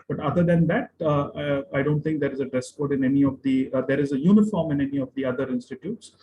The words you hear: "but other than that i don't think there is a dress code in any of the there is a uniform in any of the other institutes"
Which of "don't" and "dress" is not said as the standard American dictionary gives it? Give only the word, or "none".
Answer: none